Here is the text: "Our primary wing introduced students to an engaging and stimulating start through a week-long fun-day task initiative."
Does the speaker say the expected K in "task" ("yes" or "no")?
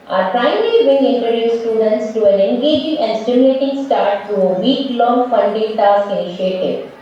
no